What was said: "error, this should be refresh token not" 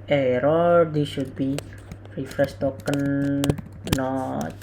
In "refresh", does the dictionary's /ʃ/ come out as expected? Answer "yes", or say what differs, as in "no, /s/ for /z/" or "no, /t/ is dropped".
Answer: no, /s/ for /ʃ/